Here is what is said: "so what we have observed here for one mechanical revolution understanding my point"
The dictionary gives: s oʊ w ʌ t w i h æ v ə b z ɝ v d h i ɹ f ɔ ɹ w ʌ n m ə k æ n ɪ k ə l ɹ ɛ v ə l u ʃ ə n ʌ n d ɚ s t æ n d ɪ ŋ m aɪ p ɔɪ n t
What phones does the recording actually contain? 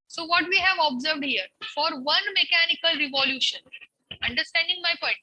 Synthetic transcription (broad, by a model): s oʊ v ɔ t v i h æ v ə b z ɝ v d h i ɹ f ɔ ɹ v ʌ n m ə k æ n ɪ k ə l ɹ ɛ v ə l u ʃ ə n ʌ n d ɚ s t æ n d ɪ ŋ m aɪ p ɔɪ n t